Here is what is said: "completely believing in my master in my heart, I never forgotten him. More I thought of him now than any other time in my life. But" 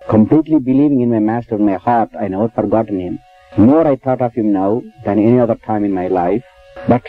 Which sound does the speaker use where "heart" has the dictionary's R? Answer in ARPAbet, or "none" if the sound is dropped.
R